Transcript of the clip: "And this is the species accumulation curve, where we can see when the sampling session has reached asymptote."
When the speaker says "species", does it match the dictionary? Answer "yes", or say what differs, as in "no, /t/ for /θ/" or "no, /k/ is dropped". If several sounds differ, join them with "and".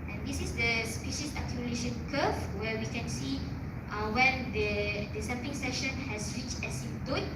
no, /s/ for /z/